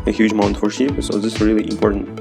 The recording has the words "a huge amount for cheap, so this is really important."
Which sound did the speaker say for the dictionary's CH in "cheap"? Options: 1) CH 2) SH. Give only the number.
2